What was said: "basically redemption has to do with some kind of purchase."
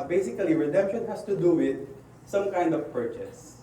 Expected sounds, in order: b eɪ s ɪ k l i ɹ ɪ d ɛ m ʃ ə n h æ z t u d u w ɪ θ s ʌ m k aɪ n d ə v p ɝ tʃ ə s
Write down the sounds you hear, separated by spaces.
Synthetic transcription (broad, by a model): b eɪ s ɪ k l i ɹ ɪ d ɛ m ʃ ə n h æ s t u d u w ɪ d s ʌ m k aɪ n d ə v p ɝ tʃ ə s